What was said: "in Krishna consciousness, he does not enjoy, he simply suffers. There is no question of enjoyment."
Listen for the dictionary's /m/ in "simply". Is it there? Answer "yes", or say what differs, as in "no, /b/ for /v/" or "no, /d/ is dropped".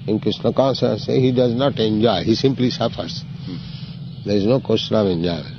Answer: yes